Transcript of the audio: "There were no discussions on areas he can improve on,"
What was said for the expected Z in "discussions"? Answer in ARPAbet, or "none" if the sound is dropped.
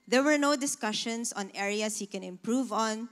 S